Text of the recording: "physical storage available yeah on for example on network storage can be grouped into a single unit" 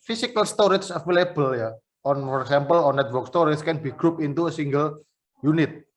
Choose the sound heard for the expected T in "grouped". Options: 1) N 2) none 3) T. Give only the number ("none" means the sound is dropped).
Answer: 2